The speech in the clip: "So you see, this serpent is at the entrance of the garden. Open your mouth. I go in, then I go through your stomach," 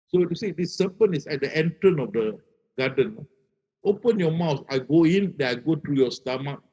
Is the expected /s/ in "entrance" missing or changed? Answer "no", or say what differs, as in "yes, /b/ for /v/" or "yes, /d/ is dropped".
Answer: yes, /s/ is dropped